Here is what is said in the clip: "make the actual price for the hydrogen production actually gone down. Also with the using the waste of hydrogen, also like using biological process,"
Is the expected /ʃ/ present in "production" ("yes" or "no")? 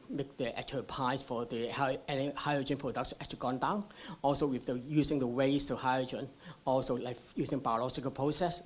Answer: no